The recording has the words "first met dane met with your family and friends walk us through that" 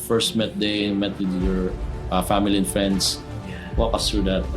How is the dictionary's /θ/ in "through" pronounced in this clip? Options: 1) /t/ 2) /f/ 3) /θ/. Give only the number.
1